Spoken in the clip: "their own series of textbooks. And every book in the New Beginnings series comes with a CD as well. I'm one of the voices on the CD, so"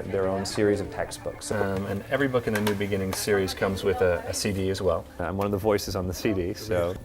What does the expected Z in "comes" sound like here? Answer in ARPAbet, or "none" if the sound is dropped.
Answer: Z